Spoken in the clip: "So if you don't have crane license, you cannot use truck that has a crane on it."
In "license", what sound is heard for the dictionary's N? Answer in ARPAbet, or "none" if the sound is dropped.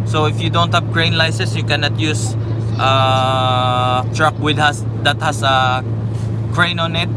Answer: none